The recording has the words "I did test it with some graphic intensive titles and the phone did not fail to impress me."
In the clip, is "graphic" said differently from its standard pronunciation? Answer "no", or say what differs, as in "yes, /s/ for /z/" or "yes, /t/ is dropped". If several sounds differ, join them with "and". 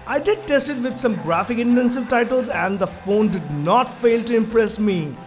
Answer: no